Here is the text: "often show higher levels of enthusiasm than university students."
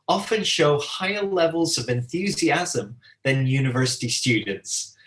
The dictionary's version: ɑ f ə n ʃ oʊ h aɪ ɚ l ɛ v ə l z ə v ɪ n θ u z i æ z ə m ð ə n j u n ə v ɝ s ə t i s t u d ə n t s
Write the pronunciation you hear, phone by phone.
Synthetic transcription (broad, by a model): ɑ f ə n ʃ oʊ h aɪ ɚ l ɛ v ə l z ə v ɪ n θ u z i æ z ə m ð ə n j u n ə v ɝ s ə t i s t u d n t s